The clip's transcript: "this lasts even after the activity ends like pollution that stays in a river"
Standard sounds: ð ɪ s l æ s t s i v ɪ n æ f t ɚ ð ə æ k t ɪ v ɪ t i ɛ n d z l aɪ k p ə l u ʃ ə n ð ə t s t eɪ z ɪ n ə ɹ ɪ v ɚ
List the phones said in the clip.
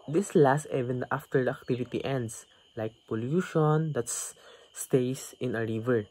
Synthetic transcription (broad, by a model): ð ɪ s l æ s t ɛ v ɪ n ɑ f t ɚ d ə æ k t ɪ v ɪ t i ɛ n d s l aɪ k p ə l u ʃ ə n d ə t s t eɪ s ɪ n ə ɹ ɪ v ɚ